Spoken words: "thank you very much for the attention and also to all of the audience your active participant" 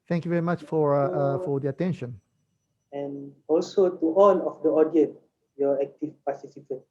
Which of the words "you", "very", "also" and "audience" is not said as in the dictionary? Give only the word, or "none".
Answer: audience